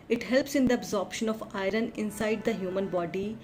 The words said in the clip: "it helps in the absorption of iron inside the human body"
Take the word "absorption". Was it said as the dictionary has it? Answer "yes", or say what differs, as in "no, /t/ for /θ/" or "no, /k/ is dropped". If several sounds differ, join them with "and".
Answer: yes